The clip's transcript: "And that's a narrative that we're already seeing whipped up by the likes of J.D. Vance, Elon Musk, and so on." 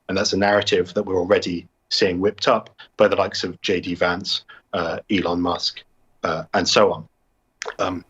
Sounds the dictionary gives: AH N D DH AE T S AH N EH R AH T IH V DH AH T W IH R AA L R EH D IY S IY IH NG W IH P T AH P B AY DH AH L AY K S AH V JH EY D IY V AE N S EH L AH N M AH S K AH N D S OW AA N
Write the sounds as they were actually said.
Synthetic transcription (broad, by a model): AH N DH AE T S AH N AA R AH T IH V DH AH T W IH R AA L R EH D IY S IY IH NG W IH P T AH P B AY DH AH L AY K S AH V JH EY D IY V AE N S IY L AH N M AH S K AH N S OW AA N